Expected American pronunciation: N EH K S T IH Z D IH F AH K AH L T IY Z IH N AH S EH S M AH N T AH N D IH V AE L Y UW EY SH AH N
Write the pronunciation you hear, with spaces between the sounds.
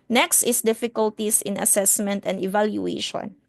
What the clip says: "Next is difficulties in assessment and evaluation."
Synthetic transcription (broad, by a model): N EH K S T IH S D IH F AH K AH L T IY S IH N AH S EH S M AH N T AH N D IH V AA L Y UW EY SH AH N